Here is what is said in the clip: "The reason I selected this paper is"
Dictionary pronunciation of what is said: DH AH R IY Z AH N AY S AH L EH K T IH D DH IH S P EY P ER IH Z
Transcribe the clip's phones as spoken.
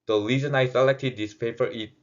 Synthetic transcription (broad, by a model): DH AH L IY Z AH N AY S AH L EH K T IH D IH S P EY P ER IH